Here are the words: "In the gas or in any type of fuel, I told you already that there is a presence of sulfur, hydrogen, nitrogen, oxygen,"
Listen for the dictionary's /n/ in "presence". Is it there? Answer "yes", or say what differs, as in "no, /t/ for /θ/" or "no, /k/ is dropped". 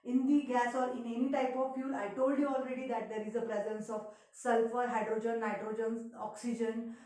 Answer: yes